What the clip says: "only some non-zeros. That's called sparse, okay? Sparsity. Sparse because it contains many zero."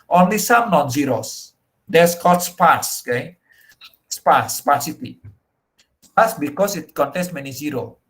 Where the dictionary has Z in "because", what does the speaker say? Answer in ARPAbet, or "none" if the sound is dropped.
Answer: S